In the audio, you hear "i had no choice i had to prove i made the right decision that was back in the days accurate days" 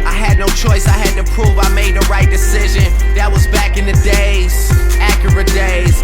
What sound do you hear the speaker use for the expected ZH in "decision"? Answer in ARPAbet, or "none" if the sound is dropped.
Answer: ZH